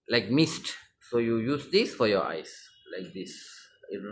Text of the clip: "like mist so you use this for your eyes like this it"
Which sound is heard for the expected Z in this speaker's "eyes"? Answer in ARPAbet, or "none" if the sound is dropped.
S